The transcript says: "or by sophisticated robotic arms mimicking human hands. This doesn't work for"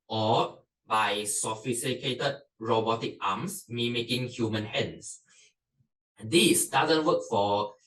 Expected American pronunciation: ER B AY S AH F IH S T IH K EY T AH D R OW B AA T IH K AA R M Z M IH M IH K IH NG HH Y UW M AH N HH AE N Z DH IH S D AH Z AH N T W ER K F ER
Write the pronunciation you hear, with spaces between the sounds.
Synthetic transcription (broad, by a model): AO B AY S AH F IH S T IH K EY T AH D R OW B AA T IH K AA M S M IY M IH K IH NG HH Y UW M AH N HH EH N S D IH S D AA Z AH N T W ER K F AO